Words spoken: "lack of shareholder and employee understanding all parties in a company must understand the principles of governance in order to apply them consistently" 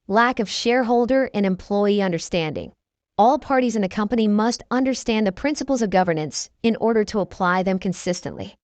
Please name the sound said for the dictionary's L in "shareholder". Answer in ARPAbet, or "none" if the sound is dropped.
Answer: L